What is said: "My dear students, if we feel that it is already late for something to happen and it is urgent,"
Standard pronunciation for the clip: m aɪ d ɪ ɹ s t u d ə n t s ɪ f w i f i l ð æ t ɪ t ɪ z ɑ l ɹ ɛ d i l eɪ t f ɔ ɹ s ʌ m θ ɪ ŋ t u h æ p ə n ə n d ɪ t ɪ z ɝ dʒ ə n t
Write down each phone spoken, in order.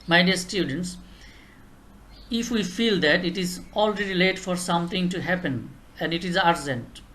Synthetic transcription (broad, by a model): m aɪ d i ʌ s t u d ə n t s ɪ f w i f i l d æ t ɪ t ɪ z ɑ l ɹ ɛ d i l eɪ t f ɔ ɹ s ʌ m t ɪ ŋ t u h æ p ə n ə n d ɪ t ɪ z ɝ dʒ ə n t